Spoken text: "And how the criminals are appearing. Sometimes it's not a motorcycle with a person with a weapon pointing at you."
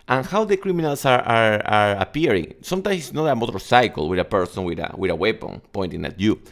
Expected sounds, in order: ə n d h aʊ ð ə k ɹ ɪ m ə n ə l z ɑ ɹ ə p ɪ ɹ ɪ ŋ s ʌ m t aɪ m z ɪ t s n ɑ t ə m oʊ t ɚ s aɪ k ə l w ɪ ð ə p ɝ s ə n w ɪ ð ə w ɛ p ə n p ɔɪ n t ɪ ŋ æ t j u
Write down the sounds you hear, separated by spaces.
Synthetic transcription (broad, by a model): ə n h aʊ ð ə k ɹ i m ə n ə l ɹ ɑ ɹ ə p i ɹ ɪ ŋ s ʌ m t aɪ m s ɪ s n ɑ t ə m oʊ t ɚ s aɪ k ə l w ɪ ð ə p ɝ s ə n w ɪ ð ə w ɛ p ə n p ɔɪ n t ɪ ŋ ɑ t j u